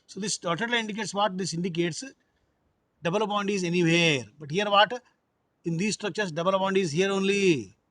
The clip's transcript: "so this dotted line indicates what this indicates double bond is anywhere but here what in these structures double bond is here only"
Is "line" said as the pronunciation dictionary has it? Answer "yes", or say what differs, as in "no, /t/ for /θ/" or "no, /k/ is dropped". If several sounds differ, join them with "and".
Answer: no, /l/ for /n/